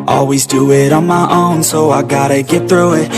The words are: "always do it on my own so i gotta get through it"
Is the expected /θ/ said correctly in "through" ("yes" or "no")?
yes